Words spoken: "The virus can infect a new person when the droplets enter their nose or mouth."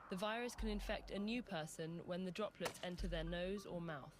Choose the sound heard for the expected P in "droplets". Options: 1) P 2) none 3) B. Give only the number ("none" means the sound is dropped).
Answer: 1